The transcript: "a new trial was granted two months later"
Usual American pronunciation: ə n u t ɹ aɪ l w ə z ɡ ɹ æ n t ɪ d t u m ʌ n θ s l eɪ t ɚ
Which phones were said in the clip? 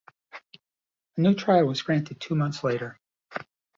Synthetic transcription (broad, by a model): ə n u t ɹ aɪ l w ə z ɡ ɹ æ n t ɪ d t u m ʌ n θ s l eɪ t ɚ